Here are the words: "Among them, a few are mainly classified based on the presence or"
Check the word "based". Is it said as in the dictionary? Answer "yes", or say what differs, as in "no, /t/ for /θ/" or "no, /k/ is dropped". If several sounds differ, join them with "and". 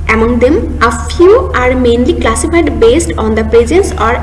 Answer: yes